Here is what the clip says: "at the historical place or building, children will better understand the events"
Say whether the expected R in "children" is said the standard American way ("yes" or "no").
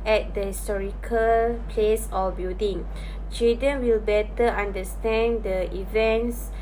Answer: no